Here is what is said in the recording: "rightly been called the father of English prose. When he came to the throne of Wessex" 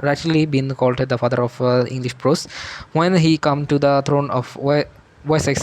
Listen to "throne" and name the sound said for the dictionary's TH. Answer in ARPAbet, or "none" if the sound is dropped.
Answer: T